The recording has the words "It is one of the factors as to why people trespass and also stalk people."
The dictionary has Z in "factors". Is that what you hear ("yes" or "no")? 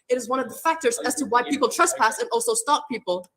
yes